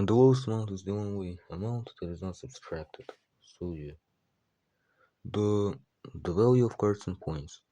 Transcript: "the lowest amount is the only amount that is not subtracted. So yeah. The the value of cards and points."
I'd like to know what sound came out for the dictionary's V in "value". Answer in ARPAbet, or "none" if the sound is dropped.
V